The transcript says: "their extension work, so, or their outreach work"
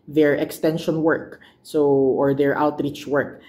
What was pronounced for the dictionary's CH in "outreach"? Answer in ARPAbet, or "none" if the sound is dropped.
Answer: CH